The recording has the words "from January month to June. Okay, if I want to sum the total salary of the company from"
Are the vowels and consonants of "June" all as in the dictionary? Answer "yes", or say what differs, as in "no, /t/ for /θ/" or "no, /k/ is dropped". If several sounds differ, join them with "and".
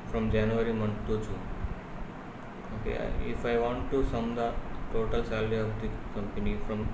no, /tʃ/ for /dʒ/ and /n/ is dropped